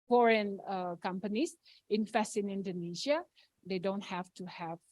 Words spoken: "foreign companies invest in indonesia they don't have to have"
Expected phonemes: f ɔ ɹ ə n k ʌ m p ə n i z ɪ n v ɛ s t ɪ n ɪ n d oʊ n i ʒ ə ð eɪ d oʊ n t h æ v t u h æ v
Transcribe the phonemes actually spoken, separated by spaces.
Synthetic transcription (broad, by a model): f ɔ ɹ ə n k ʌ m p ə n i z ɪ n f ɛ s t ɪ n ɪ n d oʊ n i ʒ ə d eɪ d oʊ n t h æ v t u h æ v